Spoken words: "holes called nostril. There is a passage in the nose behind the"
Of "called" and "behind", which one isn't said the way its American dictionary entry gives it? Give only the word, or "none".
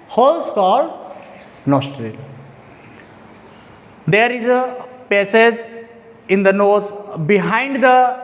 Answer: called